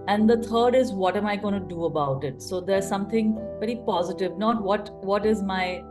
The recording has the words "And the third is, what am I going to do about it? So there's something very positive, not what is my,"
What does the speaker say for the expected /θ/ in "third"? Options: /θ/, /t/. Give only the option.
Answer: /t/